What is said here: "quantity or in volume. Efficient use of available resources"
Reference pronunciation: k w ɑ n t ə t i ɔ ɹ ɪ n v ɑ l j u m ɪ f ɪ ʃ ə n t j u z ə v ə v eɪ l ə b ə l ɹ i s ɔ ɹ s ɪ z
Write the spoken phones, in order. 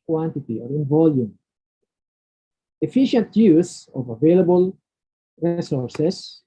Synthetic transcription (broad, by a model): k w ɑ n t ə t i ɔ ɹ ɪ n v ɑ l j u m ɪ f ɪ ʃ ə n t j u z ə v ə v eɪ l ə b ə l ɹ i s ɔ ɹ s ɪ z